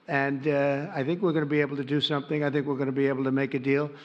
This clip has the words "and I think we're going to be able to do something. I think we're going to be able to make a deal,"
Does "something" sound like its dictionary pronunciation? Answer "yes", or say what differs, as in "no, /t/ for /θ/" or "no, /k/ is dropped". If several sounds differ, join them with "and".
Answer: yes